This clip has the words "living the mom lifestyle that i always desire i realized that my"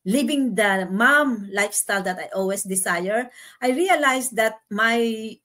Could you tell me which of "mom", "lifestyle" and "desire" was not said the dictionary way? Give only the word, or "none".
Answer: desire